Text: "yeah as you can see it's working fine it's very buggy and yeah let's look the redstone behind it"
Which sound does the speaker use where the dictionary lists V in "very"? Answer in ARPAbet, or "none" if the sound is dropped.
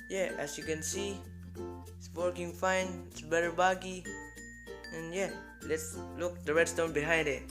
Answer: B